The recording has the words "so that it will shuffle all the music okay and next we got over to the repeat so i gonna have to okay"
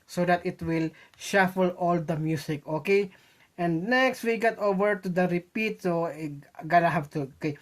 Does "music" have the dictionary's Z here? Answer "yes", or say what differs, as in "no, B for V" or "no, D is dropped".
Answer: no, S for Z